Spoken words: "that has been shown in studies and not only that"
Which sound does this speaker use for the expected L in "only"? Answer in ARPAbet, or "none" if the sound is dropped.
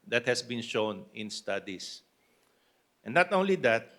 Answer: L